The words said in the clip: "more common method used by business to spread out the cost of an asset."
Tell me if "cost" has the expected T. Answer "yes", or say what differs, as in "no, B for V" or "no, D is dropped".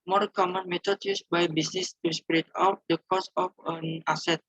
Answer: no, T is dropped